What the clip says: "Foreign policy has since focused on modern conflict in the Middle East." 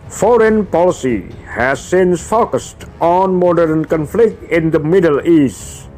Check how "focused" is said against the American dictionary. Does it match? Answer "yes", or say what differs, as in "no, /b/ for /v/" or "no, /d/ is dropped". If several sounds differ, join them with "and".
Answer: yes